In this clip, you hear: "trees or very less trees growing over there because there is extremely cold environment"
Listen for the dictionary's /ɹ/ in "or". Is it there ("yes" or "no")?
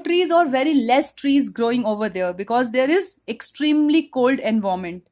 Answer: yes